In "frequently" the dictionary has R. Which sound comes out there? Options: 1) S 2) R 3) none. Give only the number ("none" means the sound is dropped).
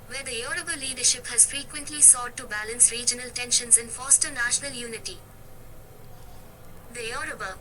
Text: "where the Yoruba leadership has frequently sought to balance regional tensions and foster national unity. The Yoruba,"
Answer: 2